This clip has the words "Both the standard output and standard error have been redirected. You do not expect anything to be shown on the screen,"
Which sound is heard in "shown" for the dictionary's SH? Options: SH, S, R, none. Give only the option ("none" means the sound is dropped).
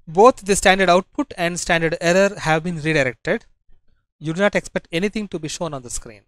SH